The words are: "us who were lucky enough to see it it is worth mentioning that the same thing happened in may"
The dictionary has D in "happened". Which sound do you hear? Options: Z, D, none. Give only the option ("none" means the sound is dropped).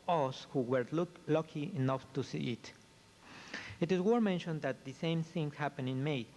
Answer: none